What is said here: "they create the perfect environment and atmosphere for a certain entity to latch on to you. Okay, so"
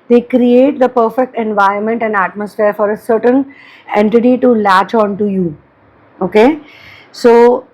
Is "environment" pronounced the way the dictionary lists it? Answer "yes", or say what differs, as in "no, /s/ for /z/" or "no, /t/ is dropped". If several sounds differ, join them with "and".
no, /ɹ/ is dropped